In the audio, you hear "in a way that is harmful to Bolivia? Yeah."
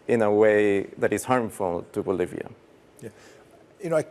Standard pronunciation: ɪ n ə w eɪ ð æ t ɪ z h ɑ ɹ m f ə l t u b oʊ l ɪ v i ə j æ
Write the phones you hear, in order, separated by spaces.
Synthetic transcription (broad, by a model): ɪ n ə w eɪ ð æ t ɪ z h ɑ ɹ m f ə l t u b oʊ l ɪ v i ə j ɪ